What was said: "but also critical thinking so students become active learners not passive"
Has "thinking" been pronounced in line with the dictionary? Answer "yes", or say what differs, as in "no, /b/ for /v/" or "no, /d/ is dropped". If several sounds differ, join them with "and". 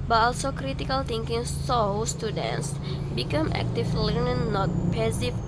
no, /t/ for /θ/